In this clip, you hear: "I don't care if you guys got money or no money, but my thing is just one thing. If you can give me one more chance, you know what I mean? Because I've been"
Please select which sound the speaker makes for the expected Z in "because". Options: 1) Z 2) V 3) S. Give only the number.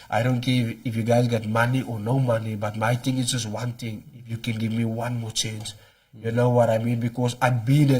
3